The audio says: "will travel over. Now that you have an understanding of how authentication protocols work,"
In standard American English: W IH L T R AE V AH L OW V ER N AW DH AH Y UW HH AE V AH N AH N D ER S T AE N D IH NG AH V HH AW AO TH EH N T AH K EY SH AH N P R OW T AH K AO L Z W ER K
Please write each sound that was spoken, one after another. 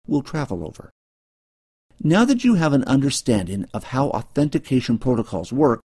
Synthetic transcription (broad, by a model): W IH L T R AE V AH L OW V ER N AW DH AH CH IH V AH N AH N D ER S T AE N D IH NG AH V HH AW AO TH EH N T AH K EY SH AH N P R OW T AH K AO L Z W ER K